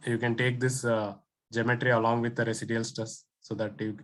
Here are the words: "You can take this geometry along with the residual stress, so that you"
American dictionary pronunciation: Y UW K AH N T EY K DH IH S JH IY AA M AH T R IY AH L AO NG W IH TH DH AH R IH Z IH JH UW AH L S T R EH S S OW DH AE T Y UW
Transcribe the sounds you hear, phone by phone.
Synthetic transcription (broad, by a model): Y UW K AH N T EY K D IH S JH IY M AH T R IY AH L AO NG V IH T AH R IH S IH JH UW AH L S T AH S S OW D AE T Y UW